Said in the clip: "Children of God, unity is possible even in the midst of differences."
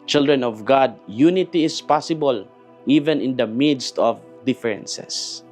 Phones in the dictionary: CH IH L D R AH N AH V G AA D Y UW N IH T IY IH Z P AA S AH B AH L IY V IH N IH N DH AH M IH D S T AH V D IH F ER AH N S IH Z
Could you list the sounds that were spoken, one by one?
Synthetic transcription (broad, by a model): CH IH L D R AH N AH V G AA D Y UW N IH T IY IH S P AA S AH B AH L IY V IH N IH N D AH M IH D S T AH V D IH F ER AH N S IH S